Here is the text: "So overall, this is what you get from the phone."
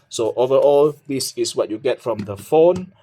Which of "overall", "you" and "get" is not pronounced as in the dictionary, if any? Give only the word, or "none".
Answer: none